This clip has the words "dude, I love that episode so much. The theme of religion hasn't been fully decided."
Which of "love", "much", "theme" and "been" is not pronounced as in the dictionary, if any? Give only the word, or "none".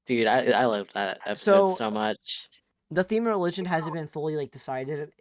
none